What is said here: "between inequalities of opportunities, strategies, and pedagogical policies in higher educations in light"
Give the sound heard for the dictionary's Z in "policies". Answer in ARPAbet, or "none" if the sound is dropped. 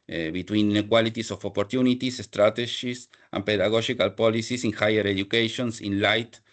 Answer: S